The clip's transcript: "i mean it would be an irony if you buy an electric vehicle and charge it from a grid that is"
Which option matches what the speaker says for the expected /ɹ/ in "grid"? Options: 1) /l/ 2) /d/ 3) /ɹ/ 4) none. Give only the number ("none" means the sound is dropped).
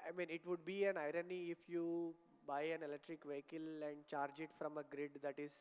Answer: 3